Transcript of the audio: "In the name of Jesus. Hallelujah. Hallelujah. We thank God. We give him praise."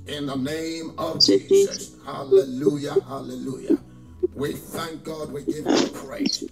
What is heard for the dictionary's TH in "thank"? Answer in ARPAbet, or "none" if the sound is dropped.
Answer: TH